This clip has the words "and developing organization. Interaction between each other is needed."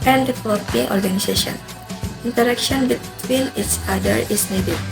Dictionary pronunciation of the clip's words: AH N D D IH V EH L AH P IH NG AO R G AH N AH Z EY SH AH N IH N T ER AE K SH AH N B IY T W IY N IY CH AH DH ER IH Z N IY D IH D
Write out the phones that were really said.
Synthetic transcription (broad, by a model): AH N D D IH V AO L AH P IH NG AO R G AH N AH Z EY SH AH N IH N T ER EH K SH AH N B IY T W IY N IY S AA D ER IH S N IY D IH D